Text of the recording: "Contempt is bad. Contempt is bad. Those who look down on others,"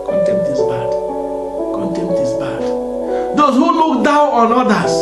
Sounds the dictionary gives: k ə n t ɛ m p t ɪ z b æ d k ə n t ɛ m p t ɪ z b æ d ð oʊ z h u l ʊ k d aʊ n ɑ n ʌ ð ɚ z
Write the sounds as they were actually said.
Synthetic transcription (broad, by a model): k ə n t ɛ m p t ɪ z b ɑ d k ə n t ɛ m p t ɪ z b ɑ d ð oʊ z h u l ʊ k d aʊ ɑ n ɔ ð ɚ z